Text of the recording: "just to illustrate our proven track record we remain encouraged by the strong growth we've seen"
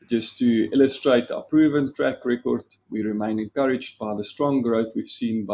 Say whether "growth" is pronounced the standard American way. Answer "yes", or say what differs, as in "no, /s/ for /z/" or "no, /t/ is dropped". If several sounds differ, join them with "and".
yes